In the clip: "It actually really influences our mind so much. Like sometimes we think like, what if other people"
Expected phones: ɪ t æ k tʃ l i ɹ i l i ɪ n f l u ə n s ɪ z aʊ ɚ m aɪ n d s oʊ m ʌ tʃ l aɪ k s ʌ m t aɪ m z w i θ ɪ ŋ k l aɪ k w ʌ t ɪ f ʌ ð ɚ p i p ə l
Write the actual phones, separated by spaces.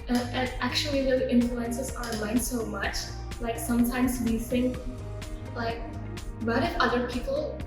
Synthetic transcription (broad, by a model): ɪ t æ k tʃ i l i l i ɪ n f l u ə n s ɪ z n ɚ m aɪ n d s oʊ m ʌ tʃ l aɪ k s ʌ m t aɪ m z w i θ ɪ ŋ k l aɪ k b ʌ t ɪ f ʌ ð ɚ p i p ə l